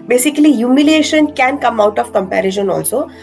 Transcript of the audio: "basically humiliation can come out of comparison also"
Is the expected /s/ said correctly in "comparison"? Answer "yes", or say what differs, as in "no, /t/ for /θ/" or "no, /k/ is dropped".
no, /ʃ/ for /s/